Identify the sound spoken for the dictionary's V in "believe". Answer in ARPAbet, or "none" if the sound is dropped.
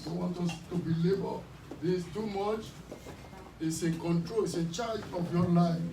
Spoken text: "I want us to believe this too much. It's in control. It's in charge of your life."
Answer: B